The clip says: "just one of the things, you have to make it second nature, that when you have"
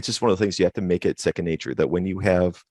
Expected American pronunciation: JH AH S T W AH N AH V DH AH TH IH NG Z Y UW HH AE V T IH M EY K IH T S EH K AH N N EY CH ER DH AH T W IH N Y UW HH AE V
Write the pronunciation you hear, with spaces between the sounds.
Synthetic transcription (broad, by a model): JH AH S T W AH N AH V DH AH TH IH NG Z Y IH HH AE F T IH M EY K IH T S EH K AH N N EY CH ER DH AH T W IH N Y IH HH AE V